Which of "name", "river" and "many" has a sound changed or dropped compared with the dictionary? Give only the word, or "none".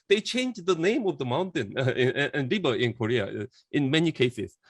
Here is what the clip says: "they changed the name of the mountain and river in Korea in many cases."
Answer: river